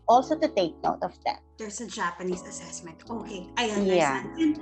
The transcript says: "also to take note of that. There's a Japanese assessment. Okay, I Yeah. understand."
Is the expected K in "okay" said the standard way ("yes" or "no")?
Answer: yes